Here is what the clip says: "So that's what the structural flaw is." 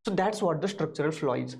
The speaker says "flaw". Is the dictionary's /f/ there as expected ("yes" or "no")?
yes